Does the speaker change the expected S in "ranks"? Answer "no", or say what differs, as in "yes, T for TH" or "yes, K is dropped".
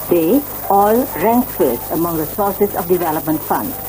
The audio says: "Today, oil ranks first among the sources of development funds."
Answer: yes, S is dropped